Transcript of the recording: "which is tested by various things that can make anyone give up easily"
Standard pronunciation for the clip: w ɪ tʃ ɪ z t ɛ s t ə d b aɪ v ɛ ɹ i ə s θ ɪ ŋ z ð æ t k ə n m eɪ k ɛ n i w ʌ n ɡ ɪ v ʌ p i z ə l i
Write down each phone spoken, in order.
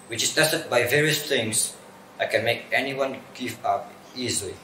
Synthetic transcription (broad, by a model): w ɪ tʃ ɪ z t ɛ s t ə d b aɪ v ɛ ɹ i ə s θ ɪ ŋ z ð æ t k ə n m eɪ k ɛ n i w ʌ n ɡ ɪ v ʌ p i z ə l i